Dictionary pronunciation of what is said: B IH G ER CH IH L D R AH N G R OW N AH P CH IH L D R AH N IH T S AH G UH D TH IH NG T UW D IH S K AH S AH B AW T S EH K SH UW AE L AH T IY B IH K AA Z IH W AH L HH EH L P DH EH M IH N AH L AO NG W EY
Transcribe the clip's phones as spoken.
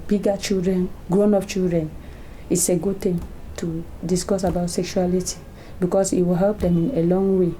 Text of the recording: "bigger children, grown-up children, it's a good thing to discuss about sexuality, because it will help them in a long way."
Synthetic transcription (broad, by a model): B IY G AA CH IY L D R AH N G R OW N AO F CH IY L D R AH N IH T S AH G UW D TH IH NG T UW D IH S K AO S AH B AW T S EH K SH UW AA L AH T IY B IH K AA S IH W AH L HH EH L P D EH M IH N AH L AO NG W EY